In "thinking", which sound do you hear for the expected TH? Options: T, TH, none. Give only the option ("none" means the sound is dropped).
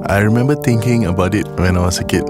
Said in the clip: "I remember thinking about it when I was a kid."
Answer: T